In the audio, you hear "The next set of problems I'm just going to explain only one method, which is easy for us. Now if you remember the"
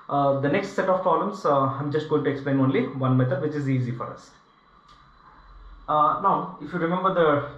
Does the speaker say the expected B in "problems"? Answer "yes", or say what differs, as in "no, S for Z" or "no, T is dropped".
no, B is dropped